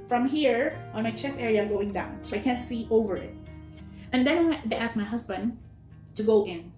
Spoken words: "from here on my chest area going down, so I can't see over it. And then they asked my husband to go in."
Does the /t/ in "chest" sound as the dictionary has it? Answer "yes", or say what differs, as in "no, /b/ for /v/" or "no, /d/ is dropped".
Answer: no, /t/ is dropped